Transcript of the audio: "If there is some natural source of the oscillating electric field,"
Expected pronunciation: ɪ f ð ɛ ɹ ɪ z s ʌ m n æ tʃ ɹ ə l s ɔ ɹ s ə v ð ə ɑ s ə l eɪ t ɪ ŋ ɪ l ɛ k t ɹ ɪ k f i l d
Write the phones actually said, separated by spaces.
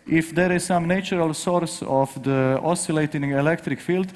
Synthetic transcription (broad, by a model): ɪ f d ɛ ɹ ɪ z s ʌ m n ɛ tʃ ɹ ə l s ɔ ɹ s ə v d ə ɑ s ə l eɪ t ɪ ŋ ɪ l ɛ k t ɹ ɪ k f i l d